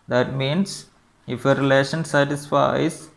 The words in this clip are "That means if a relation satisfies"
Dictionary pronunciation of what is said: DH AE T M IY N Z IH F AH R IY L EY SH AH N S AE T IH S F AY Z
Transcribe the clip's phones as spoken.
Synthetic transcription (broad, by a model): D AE T M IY N S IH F AH R IY L EY SH AH N S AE T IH S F AY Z